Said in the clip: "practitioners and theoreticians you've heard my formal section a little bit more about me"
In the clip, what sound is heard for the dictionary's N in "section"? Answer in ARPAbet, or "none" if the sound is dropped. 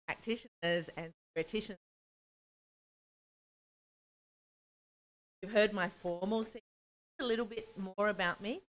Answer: none